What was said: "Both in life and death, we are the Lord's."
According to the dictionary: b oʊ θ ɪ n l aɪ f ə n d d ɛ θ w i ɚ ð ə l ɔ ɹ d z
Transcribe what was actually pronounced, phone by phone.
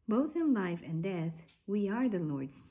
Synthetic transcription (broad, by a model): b oʊ θ ɪ n l aɪ f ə n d d ɛ θ w i ɚ ð ə l ɔ ɹ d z